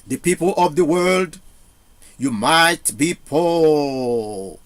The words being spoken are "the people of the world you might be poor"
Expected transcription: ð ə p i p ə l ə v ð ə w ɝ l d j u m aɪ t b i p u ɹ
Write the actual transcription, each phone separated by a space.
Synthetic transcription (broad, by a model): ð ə p i p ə l ə v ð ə w ɝ l d j u m aɪ t b i p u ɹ